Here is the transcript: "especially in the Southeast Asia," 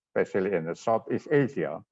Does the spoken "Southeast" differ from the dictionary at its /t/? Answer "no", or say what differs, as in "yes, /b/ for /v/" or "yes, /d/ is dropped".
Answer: yes, /t/ is dropped